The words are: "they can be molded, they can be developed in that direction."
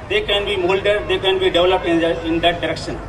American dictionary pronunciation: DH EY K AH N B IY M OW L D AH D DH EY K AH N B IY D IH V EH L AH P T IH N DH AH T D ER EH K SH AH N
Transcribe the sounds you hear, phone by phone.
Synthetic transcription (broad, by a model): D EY K AH N B IY M OW L D AH D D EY K AH N B IY D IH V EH L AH P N IH N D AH T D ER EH K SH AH N